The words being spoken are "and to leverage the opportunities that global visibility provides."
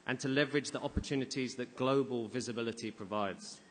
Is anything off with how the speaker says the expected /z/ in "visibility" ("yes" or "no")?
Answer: no